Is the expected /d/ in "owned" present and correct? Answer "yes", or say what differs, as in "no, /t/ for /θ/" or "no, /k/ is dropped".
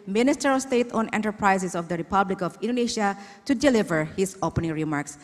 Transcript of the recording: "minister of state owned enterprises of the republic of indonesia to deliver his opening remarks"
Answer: no, /d/ is dropped